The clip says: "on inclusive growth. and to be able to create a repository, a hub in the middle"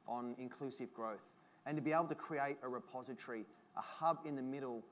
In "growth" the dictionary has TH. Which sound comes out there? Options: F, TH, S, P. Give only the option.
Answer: TH